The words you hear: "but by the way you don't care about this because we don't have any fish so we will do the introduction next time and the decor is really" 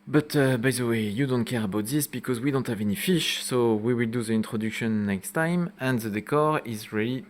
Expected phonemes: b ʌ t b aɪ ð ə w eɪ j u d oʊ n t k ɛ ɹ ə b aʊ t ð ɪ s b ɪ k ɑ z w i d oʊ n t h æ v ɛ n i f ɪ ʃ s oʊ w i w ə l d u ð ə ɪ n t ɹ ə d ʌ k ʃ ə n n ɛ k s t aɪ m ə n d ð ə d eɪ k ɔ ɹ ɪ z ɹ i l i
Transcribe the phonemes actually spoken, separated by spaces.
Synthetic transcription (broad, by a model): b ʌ t b aɪ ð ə w eɪ j u d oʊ n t k ɛ ɹ ə b aʊ t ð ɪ s b ɪ k ɑ z w i d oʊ n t h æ v ɛ n i f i ʃ s oʊ w i w ə l d u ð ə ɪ n t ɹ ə d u k ʃ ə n n ɛ k s t aɪ m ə n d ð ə d eɪ k ɔ ɹ ɪ z ɹ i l i